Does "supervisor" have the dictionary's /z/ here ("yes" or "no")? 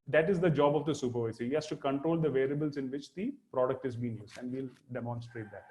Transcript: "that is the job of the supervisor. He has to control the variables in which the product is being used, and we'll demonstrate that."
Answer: no